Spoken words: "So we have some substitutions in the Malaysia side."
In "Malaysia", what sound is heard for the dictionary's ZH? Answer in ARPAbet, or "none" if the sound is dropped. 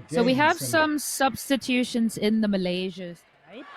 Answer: ZH